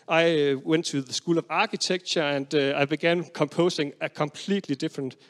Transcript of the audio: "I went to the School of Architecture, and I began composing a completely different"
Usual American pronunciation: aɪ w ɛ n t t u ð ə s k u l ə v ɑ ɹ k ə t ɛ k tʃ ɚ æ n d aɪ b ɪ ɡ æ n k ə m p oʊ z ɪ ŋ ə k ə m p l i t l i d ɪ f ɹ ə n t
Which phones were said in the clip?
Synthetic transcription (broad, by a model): aɪ w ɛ n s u ð ə s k u l ə v ɑ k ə s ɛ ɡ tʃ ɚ æ n d aɪ b ɪ ɡ æ n k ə m p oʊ s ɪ ŋ ə k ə m p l i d l i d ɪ f ɹ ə n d